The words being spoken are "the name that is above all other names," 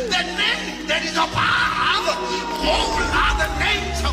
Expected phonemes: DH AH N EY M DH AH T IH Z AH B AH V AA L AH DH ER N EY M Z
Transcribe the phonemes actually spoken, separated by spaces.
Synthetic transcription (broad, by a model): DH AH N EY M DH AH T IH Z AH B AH AA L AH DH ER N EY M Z